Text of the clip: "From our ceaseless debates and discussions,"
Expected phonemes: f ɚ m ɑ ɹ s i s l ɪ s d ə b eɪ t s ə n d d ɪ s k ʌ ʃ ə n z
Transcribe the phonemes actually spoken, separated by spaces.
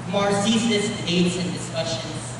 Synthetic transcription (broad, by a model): m ɑ ɹ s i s ɪ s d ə ɪ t s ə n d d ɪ s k ʌ ʃ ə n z